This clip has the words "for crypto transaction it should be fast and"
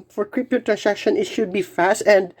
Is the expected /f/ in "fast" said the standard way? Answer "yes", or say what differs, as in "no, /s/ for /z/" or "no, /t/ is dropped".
yes